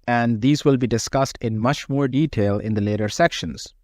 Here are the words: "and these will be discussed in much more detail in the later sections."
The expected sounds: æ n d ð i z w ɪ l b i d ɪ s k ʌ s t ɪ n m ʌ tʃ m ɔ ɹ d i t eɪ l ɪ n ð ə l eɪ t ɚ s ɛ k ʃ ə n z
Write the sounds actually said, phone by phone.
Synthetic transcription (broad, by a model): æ n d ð i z w ɪ l b i d ɪ s k ʌ s t ɪ n m ʌ tʃ m ɔ ɹ d i t eɪ l ɪ n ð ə l eɪ t ɚ s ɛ k ʃ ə n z